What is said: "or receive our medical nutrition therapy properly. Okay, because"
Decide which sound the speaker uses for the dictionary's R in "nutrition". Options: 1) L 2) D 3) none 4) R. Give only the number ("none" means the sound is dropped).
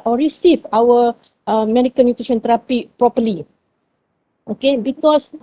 3